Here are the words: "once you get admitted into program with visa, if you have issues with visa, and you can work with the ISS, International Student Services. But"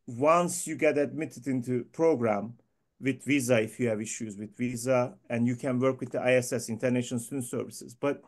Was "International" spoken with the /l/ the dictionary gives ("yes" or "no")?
no